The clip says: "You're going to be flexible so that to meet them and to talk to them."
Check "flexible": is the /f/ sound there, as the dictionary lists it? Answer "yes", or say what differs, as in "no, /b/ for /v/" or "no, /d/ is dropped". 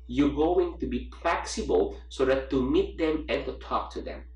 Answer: no, /p/ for /f/